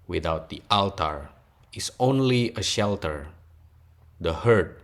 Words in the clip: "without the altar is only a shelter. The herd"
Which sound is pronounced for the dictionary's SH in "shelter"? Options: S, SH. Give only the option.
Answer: SH